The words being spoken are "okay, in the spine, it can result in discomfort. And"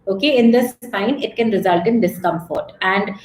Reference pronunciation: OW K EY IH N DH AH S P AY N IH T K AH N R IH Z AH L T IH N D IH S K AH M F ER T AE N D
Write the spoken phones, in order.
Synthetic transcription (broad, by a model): OW K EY IH N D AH S AY N IH T K AH N R IH Z AH L T IH N D IH S K AH M F ER T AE N D